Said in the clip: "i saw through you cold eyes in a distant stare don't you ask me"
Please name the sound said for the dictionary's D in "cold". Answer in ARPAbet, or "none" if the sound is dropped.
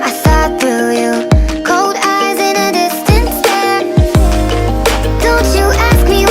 D